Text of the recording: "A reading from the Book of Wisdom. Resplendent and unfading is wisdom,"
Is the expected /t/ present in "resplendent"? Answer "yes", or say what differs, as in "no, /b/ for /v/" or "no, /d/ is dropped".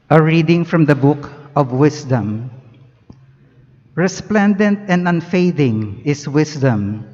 yes